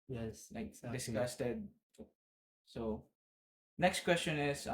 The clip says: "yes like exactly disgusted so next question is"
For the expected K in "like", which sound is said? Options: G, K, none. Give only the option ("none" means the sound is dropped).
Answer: none